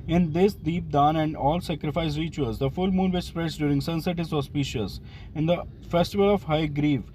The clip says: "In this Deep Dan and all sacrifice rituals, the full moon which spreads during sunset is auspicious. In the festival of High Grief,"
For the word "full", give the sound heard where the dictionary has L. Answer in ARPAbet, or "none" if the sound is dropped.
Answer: L